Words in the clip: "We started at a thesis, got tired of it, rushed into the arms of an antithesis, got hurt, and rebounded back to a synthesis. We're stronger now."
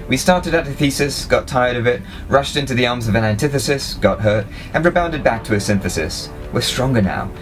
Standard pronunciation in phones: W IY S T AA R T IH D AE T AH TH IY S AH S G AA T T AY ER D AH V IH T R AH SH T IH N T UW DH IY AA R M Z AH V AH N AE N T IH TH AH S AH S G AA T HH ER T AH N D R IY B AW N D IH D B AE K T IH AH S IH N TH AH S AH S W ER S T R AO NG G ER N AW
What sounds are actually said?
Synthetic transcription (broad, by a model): W IY S T AA R T IH D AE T AH TH IY S AH S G AA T T AY ER D AH V IH T R AH SH T IH N T UW DH IY AA R M Z AH V AH N AE N T IH TH AH S AH S G AA T HH ER T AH N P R B AW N D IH D B AE K T IH AH S IH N TH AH S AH S W ER S T R AO NG G ER N AW